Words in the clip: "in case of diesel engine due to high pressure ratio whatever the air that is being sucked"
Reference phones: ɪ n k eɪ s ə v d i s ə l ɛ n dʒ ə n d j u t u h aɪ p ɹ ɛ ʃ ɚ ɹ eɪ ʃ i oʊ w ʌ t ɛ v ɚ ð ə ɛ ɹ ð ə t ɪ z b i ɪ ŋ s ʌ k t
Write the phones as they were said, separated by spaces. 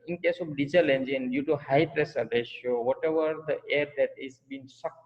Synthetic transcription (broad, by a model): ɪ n k eɪ s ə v d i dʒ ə l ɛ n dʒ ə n d j u t u h aɪ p ɹ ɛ s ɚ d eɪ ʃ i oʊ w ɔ t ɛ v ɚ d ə ɛ ɹ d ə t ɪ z b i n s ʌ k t